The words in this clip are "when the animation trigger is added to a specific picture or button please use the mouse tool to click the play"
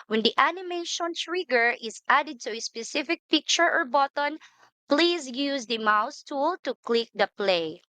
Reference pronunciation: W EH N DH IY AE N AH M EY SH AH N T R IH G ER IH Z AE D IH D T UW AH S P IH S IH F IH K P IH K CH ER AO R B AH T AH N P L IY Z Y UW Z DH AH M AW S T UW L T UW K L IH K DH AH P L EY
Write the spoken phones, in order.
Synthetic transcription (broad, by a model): W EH N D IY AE N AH M EY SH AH N T R IH G ER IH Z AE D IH D T UW AH S P IH S IH F IH K P IH K CH ER AO R B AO T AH N P L IY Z Y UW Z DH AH M AW S T UW L T UW K L IH K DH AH P L EY